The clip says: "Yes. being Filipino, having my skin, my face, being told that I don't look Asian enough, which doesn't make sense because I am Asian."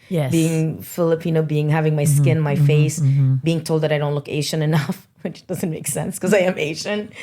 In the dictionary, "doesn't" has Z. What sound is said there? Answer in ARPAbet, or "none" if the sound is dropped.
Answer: Z